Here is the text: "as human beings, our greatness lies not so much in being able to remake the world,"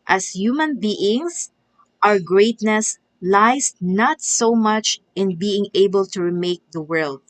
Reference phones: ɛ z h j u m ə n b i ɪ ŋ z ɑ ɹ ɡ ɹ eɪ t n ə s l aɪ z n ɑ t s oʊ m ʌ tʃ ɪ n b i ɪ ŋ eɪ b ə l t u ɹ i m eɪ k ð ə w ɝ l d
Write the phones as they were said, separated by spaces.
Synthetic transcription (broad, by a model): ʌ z h j u m ə n b i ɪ ŋ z ɑ ɹ ɡ ɹ eɪ t n ə s l aɪ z n ɑ t s oʊ m ʌ tʃ ɪ n b i ɪ ŋ eɪ b ə l t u ɹ i m eɪ k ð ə w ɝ l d